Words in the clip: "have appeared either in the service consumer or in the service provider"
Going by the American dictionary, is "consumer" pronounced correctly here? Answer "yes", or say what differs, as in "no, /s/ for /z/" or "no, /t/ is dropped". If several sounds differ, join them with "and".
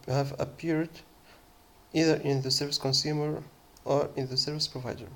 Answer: yes